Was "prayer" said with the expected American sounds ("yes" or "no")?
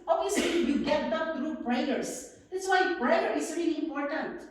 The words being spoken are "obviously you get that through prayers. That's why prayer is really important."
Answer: no